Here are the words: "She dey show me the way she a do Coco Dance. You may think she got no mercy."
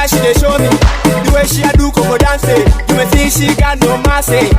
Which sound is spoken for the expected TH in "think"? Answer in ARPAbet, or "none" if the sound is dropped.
T